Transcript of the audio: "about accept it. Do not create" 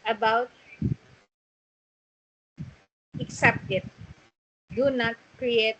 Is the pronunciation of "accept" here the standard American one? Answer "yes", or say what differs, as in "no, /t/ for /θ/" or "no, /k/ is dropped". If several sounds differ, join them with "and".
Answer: yes